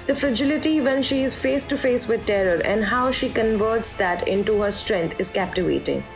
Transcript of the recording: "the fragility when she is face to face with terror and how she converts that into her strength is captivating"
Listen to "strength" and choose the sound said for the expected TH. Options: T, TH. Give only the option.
T